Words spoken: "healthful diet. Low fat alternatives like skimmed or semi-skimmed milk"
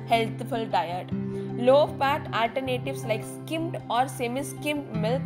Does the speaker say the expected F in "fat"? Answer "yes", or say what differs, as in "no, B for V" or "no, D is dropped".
no, P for F